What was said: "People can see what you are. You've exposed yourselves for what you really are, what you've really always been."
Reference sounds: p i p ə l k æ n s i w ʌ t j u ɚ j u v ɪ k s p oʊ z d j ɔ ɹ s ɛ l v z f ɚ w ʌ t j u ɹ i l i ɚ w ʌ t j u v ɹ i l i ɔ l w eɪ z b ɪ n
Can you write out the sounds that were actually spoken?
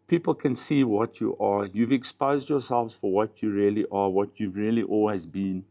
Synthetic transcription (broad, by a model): p i p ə l k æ n s i w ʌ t j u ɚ j u v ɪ k s p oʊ z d j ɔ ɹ s ɛ l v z f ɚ w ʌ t j u ɹ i l i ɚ w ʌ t j u v ɹ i l i ɔ l w eɪ z b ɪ n